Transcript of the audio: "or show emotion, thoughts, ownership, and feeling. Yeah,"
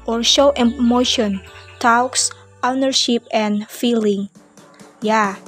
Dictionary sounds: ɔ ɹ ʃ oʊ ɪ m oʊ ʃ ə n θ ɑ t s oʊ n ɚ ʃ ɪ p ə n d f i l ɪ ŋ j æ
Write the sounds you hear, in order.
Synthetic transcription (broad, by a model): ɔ ɹ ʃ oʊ ɪ m oʊ ʃ ə n t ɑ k s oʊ n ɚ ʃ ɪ p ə n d f i l ɪ ŋ j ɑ